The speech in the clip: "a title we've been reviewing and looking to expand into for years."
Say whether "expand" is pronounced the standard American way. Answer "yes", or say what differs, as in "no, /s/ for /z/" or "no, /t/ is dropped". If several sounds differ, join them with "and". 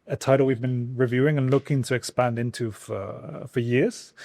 yes